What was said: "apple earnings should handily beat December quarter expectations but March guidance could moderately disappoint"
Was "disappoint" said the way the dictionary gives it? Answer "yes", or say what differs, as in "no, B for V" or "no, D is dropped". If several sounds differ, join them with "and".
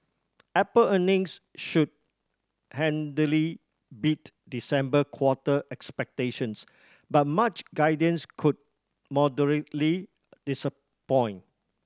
no, T is dropped